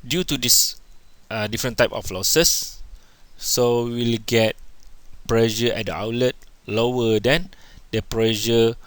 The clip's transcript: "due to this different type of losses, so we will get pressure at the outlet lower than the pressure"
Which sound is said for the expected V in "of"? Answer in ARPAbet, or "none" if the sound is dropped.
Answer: F